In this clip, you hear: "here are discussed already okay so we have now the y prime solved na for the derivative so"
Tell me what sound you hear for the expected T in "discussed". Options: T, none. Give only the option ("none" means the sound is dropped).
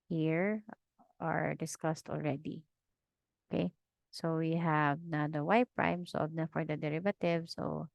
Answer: T